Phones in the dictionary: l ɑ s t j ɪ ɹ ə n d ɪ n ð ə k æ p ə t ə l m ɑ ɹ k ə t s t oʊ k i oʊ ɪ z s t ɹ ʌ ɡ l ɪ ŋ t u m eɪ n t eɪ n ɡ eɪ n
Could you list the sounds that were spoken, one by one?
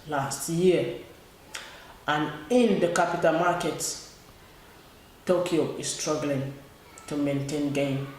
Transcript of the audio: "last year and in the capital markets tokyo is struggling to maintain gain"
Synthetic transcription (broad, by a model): l ɑ s t j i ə n ɪ n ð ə k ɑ p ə t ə l m ɑ k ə t t oʊ k i oʊ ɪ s s t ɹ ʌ ɡ l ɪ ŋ t u m eɪ n t eɪ n ɡ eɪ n